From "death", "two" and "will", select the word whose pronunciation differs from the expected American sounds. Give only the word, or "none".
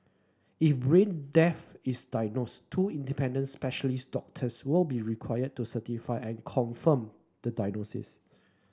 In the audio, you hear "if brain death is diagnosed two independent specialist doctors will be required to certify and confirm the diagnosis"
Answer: death